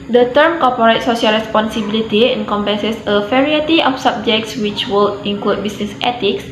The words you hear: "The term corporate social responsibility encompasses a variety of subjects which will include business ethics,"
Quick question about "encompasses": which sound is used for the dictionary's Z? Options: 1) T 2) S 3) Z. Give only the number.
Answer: 2